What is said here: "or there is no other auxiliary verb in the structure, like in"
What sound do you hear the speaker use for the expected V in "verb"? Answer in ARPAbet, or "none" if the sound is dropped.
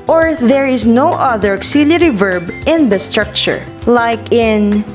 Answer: V